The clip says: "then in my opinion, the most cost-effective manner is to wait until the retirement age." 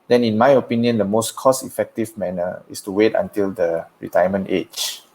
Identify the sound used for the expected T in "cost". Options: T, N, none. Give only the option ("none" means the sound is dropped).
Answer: none